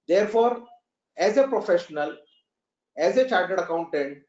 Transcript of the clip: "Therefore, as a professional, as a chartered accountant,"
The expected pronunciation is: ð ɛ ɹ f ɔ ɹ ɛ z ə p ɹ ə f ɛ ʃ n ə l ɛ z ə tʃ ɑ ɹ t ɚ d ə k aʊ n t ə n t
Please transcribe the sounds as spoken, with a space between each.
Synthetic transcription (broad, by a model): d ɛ ɹ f ɔ ɹ ɛ z ə p ɹ ə f ɛ ʃ n ə l ɛ z ə tʃ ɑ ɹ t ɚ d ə k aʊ n t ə n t